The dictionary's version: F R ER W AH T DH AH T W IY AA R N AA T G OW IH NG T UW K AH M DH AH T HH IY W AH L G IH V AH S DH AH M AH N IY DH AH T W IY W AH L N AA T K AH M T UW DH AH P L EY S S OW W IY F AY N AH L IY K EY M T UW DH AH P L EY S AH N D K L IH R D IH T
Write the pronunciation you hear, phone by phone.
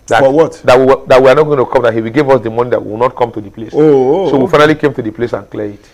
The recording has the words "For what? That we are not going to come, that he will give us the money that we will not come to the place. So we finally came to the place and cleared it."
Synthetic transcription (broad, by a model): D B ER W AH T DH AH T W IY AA W N AA T G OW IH T UW K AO M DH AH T HH IY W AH G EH V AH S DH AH M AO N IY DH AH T W IY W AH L N AA T K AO M T UW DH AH P L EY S S OW W IY F AY N AH L IY K EY M T UW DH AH P L EY S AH N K L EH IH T